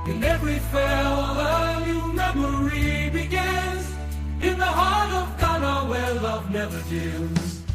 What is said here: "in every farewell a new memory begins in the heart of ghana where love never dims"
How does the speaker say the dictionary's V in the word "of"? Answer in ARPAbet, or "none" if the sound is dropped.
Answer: V